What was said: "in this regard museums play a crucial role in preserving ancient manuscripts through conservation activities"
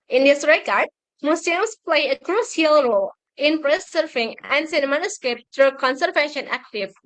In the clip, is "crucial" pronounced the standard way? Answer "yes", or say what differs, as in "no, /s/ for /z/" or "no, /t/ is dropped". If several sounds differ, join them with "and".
no, /s/ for /ʃ/